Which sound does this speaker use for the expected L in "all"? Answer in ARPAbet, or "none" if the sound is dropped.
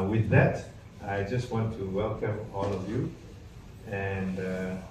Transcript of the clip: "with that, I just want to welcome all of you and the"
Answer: L